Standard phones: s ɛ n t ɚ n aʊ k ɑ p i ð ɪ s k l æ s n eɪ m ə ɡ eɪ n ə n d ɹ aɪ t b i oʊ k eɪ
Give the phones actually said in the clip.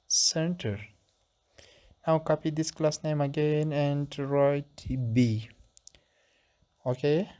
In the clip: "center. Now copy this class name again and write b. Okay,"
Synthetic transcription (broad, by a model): s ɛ n t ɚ n aʊ k ɑ p i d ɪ s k l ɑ s n eɪ m ə ɡ eɪ n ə n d ɹ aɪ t b i oʊ k eɪ